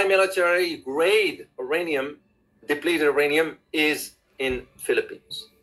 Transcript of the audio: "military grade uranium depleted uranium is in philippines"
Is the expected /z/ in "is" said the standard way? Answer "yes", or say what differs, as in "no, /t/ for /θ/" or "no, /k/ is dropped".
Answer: yes